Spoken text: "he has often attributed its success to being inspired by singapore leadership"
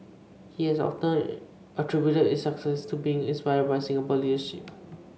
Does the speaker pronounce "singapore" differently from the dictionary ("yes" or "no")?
yes